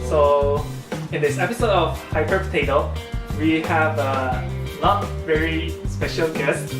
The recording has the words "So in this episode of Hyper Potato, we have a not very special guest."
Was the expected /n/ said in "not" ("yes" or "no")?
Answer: no